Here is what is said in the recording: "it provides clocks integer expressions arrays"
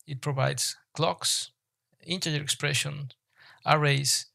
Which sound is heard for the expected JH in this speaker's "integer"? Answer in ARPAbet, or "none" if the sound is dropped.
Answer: none